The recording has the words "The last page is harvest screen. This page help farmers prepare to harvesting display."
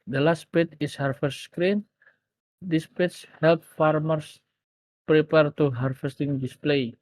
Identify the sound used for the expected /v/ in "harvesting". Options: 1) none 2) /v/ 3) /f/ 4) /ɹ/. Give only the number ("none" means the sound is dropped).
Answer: 3